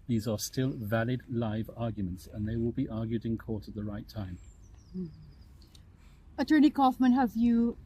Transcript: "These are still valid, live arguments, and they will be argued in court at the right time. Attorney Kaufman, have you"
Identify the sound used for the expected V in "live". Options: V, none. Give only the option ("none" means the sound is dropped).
V